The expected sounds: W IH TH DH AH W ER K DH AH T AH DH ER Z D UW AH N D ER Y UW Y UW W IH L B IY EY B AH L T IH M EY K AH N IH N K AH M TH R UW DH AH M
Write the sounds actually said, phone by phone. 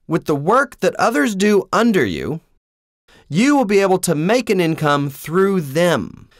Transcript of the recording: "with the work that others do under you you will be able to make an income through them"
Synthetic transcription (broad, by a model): W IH DH AH W ER K DH AH T AH DH ER Z D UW AH N D ER Y UW Y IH W IH L B IY EY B L T IH M EY K AH N IH N K AH M TH R UW DH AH M